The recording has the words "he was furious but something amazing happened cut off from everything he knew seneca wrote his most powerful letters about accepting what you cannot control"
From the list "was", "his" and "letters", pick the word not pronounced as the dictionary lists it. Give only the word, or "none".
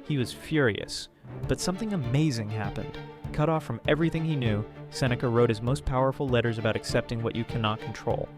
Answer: none